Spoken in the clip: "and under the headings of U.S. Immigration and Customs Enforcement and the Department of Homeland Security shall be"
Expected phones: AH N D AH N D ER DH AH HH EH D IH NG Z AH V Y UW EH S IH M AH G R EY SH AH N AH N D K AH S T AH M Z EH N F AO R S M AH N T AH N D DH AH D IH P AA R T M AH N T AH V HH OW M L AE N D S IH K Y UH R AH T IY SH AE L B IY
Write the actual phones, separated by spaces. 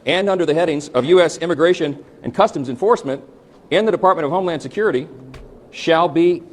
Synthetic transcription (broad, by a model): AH N AH N D ER DH AH HH EH D IH NG Z AH V Y UW EH S IH M AH G R EY SH AH N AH N K AH S T AH M Z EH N F AO R S M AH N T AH N DH AH D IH P AA R T M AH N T AH V OW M L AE N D S IH K Y UH R AH T IY SH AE L B IY